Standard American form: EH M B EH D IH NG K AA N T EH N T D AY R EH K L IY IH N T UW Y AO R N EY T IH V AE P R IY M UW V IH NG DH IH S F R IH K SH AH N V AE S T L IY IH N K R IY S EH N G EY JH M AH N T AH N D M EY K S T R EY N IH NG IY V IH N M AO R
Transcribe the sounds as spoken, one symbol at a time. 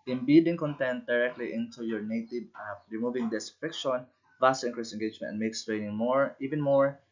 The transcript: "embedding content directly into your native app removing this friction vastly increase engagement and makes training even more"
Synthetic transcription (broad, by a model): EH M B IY D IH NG K AA N T EH N T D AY R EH K L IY IH N T UW Y AO R N EY T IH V R IY M UW V IH NG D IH S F IH K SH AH N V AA S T IY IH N K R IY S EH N G EY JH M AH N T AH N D M EY K S T R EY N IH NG IY V IH N M AO R